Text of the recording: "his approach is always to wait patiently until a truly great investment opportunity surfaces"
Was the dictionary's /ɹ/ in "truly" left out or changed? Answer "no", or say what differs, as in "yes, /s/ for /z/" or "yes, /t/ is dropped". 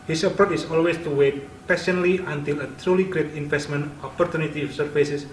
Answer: no